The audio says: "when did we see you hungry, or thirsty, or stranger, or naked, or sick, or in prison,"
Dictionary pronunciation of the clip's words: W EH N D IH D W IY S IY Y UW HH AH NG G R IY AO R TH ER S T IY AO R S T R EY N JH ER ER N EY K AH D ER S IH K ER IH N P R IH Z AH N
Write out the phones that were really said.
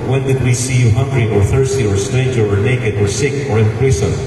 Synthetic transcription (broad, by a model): W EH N D IH D W IY S IY Y UW HH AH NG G R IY AO R TH ER S T IY AO R S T EY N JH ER ER N EY K AH D ER S IH K ER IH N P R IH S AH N